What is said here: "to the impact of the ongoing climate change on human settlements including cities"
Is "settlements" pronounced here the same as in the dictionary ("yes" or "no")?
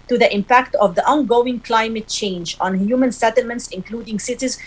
yes